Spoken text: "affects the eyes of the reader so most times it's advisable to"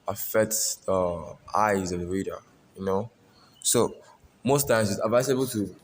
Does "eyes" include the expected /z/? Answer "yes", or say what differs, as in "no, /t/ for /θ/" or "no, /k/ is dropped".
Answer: yes